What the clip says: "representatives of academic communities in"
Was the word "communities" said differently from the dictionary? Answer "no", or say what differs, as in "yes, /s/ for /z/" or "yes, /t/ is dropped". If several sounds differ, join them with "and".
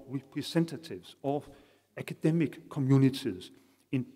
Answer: yes, /s/ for /t/ and /s/ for /z/